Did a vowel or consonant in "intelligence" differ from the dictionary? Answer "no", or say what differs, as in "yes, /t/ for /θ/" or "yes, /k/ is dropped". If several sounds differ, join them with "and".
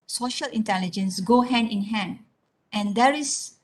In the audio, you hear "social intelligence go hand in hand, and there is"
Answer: no